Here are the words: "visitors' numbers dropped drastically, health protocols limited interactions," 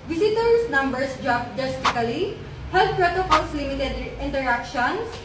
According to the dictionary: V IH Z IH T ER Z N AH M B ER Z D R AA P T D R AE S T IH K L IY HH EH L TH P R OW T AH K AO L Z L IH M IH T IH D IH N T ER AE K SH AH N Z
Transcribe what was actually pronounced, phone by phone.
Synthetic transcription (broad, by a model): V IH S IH T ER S N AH M B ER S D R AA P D EH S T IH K L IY HH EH L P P R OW T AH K AO L S L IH M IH T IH D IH N T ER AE K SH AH N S